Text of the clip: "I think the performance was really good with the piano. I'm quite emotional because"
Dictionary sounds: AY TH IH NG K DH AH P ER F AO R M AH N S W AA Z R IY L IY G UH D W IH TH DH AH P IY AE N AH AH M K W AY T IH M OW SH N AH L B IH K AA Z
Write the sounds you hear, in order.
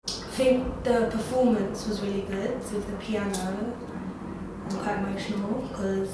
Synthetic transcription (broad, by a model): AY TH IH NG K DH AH P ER F AO M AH N S W AA Z R IY L IY G UH D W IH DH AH P IY AE N AH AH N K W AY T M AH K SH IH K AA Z